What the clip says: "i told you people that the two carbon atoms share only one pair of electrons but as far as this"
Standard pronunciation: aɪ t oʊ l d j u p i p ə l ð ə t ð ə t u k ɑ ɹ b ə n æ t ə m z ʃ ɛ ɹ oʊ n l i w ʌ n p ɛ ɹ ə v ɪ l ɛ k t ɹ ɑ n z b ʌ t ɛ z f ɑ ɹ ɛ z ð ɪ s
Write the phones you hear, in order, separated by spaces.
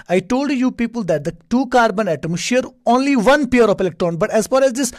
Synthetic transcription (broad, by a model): aɪ t oʊ l d j u p i p ə l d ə t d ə t u k ɑ ɹ b ə n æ t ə m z ʃ ɛ ɹ oʊ n l i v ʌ n p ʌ ɹ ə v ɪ l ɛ k t ɹ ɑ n b ʌ t ɛ z f ɑ ɹ ɛ z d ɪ s